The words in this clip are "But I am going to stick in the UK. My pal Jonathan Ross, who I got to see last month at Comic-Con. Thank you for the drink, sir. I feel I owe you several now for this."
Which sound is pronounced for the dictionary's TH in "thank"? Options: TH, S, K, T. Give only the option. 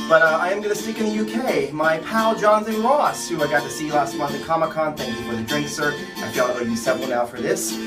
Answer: TH